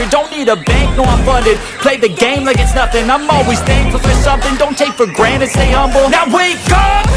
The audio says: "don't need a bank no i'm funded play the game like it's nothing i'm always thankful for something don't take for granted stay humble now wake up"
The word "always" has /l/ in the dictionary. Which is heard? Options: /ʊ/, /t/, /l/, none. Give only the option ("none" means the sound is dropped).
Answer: /l/